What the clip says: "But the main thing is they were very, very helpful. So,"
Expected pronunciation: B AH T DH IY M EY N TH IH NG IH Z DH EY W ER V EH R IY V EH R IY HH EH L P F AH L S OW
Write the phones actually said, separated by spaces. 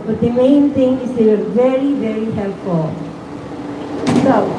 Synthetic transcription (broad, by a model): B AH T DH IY M EY N T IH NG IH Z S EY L V EH R IY V EH R IY HH EH L P F AH L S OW